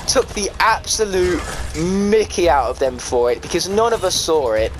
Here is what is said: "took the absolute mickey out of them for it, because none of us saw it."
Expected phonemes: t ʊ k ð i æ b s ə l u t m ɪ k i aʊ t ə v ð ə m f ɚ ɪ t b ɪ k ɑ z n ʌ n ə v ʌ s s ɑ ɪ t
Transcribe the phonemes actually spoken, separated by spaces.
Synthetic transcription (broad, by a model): t ʊ k ð i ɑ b s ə l u t m ɪ k i aʊ t ə v ð ə m f ɚ ɪ t b ɪ k ɑ z n ʌ n ə v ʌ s s ɑ ɪ t